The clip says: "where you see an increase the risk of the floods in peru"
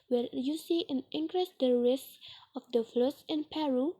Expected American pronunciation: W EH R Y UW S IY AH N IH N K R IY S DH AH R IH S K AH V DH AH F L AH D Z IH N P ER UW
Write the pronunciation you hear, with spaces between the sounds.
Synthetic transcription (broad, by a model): W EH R Y UW S IY AH N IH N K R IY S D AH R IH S AH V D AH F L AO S IH N P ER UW